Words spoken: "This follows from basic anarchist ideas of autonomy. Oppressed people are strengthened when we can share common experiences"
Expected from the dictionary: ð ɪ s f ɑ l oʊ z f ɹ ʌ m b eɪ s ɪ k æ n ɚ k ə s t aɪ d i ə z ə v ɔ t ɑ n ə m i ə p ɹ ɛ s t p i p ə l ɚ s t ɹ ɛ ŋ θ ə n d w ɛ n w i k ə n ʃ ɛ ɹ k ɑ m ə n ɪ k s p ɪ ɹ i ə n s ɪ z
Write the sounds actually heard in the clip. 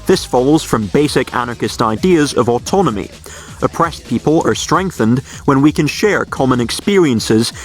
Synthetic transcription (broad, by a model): ð ɪ s f ɑ l oʊ z f ɹ ʌ m b eɪ s ɪ k æ n ɚ k ə s t aɪ d i ə z ə v ɔ t ɑ n ə m i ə p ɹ ɛ s p i p ə l ɚ s t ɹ ɛ ŋ θ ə n d w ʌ n w i k ə n ʃ ɛ ɹ k ɑ m ə n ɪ k s p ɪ ɹ i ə n s ɪ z